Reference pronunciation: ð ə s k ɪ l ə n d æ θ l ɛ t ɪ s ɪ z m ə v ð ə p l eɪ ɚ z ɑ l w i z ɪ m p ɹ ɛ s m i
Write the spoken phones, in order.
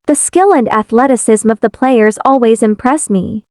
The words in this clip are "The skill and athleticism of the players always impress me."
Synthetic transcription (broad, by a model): ð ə s k ɪ l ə n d æ θ l ɛ t ɪ s ɪ z m ə v ð ə p l eɪ ɚ z ɑ l w i z ɪ m p ɹ ɛ s m i